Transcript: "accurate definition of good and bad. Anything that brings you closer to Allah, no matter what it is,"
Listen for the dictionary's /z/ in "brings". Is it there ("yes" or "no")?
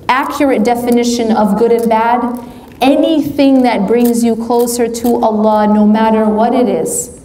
yes